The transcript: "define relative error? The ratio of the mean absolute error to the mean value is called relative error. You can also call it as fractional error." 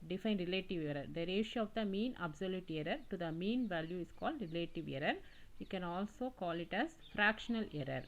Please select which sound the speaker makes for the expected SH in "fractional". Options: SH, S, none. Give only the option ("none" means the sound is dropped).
SH